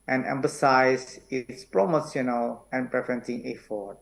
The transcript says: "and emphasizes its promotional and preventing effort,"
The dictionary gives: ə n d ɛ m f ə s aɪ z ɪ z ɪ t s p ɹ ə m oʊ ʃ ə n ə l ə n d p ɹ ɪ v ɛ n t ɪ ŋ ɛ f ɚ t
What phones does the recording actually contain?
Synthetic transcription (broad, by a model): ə n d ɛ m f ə s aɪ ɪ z ɪ t s p ɹ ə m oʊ s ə n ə l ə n p ɹ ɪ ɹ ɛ n s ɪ ŋ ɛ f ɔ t